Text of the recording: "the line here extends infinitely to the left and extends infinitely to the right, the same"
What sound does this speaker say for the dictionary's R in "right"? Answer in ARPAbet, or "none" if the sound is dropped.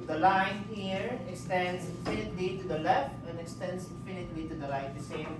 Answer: L